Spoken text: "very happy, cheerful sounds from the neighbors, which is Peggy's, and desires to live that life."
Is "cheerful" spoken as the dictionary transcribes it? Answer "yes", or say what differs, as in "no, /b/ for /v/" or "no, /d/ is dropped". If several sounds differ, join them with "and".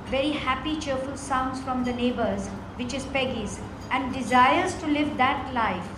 yes